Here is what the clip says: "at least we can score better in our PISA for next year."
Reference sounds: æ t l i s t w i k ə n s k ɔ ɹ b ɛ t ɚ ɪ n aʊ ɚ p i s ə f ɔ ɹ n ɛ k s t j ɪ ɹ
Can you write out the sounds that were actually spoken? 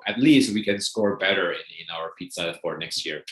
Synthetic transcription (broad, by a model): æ t l i s t w i k ə n s k ɔ ɹ b ɛ t ɚ ɪ n aʊ ɚ f i s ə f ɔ ɹ n ɛ k s t j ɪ ɹ